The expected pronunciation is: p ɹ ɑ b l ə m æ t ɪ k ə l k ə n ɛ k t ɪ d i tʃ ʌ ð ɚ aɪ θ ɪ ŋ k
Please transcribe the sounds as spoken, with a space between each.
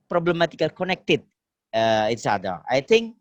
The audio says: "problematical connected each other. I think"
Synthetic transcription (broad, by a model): p ɹ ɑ b l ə m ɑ t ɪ k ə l k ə n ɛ k t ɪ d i s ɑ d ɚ aɪ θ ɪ ŋ k